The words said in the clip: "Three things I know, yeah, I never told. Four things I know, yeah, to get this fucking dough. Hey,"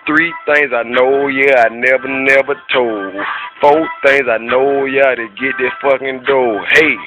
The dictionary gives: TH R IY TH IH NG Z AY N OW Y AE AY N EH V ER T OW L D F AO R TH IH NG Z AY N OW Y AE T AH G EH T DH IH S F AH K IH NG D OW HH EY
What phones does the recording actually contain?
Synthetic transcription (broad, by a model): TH R IY TH IH NG Z AY N OW Y AE AY N EH V ER T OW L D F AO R TH IH NG Z AY N OW Y AE T AH G EH T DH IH F AH K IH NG D OW HH EY